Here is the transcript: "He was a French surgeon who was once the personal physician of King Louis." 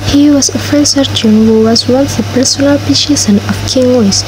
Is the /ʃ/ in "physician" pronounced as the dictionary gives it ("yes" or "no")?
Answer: no